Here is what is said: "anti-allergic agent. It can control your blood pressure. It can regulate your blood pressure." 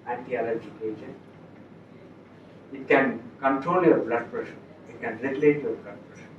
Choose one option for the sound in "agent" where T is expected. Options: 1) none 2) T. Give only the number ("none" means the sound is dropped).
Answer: 1